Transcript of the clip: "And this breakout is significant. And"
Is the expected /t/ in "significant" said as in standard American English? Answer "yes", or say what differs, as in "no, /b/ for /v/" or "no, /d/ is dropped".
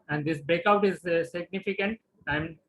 yes